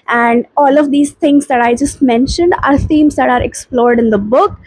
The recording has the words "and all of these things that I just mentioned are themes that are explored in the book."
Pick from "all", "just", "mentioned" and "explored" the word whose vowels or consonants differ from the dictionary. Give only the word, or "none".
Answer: none